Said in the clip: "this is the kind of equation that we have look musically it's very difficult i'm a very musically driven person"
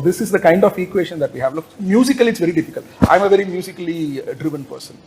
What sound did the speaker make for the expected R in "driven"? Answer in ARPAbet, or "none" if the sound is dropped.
R